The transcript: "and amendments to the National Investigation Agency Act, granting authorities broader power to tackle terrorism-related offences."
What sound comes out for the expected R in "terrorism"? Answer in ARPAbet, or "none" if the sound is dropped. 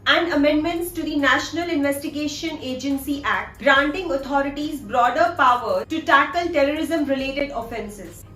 R